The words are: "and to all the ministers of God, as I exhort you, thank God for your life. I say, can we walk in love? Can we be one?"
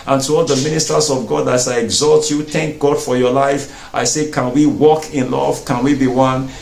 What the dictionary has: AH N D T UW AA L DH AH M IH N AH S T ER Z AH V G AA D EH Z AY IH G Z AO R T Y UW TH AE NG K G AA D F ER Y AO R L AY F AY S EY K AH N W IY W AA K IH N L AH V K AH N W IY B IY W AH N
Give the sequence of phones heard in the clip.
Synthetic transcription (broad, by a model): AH N T UW AA L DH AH M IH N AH S T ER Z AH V G AA D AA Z AY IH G Z AO L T Y UW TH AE NG K G AA D F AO Y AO L AY F AY S EY K AH N W IY W AA K IH N L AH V K AH N W IY B IY W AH N